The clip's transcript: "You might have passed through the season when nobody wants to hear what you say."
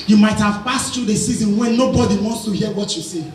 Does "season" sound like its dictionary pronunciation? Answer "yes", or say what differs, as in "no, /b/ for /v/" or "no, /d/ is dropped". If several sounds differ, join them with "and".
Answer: yes